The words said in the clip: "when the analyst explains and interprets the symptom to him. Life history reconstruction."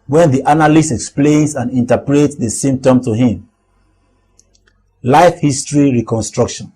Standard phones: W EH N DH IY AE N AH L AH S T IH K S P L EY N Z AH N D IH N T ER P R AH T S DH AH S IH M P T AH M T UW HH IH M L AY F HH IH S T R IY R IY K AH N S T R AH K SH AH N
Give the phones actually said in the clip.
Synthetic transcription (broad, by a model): W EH N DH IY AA N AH L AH S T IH K S P L EY N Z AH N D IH N T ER P R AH T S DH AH S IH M T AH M T UW HH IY M L AY F HH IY S T R IY R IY K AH N S T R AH K SH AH N